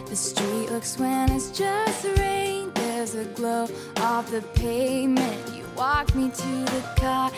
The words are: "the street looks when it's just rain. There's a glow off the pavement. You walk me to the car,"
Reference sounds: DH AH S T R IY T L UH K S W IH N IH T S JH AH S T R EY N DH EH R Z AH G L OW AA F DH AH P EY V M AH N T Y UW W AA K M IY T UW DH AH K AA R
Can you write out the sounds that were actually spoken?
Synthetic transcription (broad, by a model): DH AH S T R IY T L UH K S W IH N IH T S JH AH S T R EY N DH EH R Z AH G L OW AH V DH AH P EY M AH N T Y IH W AA K M IY T UW DH AH K AA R